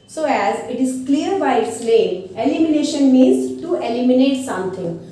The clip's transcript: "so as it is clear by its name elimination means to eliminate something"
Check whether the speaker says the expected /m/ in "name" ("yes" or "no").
no